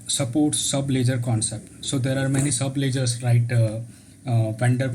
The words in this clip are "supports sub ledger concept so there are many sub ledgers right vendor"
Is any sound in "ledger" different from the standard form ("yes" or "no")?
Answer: no